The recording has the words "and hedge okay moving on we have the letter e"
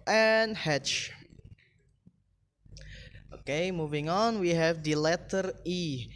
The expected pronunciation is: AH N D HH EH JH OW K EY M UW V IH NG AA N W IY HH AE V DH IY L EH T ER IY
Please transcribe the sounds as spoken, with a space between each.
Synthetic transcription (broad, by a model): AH N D HH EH CH OW K EY M UW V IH NG AA N W IY HH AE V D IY L EH T ER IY